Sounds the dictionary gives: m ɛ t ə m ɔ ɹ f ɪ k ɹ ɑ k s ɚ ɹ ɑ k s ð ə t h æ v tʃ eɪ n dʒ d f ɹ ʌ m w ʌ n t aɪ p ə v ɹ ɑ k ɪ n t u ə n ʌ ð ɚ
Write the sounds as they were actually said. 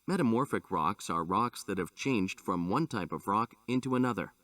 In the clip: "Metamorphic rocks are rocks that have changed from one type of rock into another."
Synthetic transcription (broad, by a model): m ɛ t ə m ɔ ɹ f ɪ k ɹ ɑ k s ɚ ɹ ɑ k s ð ə t h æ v tʃ eɪ n dʒ d f ɹ ʌ m w ʌ n t aɪ p ə v ɹ ɑ k ɪ n t u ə n ʌ ð ɚ